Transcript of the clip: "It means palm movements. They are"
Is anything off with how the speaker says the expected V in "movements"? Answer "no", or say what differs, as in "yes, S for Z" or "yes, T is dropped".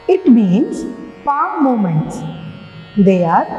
yes, V is dropped